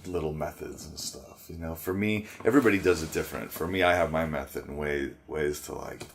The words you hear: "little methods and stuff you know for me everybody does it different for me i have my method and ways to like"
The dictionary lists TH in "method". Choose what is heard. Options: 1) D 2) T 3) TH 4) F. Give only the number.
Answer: 3